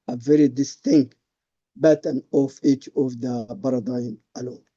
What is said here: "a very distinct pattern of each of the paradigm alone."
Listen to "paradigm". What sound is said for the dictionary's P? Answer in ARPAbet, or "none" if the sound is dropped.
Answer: B